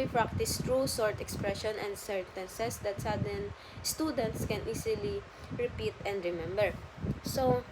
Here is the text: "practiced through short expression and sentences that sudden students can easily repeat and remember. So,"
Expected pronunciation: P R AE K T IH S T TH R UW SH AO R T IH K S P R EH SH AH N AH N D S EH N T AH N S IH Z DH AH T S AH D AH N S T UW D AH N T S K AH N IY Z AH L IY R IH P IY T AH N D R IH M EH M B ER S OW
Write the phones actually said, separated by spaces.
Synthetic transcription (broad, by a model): P R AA K T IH S T R UW S AO R T IH K S P R EH SH AH N AH N D S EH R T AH N S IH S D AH T S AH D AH N S T UW D AH N T S K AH N IY S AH L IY R IH P IY T AH N D R IH M EH M B ER S OW